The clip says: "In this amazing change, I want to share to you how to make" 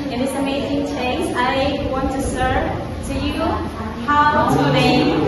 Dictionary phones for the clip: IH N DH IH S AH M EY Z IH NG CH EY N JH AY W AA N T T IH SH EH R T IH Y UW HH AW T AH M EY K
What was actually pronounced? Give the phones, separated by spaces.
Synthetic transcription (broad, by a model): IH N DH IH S AH M EY Z IH NG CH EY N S AY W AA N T T IH S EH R T IH Y UW HH AW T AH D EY